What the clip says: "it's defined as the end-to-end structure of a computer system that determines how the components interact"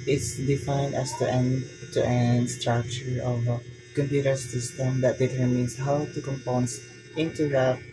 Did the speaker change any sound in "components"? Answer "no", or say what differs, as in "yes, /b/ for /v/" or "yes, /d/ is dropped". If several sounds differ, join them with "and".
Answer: yes, /s/ is dropped